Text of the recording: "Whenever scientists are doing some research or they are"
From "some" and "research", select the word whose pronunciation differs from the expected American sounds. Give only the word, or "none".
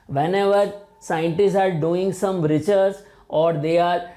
research